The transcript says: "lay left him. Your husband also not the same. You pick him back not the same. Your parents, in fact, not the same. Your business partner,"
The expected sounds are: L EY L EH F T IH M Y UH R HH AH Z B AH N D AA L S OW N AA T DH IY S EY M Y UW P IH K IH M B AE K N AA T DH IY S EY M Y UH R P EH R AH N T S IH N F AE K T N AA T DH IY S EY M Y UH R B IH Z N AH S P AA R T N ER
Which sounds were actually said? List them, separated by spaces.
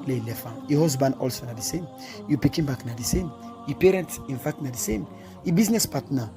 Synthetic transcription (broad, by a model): L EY L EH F IH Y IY HH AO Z B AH N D AA L S OW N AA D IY S EY M Y UW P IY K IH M B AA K N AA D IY S EY M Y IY P EH R AH N T S IH N F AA K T N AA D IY S EY M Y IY B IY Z N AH S P AA T N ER